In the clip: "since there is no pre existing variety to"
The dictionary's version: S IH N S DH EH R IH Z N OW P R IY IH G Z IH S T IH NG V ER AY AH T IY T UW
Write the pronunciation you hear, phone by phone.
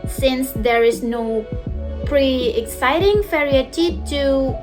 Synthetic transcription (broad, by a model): S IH N S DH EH R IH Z N OW P R IY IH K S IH T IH NG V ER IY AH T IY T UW